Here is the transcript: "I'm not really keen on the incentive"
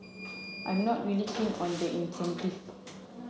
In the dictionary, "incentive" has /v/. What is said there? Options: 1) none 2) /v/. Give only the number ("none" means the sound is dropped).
1